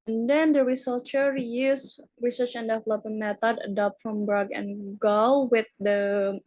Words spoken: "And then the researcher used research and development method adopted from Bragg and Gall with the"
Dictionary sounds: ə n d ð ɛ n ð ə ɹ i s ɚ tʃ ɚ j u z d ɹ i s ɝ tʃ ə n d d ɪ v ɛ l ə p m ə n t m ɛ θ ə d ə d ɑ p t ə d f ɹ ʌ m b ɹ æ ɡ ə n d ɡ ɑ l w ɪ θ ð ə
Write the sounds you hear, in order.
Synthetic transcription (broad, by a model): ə n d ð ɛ n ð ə ɹ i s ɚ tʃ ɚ j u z ɹ i s ɝ tʃ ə n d d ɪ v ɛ l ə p ə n m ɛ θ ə d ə d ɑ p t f ɹ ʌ m b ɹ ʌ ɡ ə n ɡ ɑ l w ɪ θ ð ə